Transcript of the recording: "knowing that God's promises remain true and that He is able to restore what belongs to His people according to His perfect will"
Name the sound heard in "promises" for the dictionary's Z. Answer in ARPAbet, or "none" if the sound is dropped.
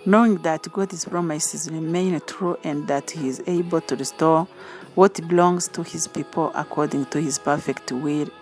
Z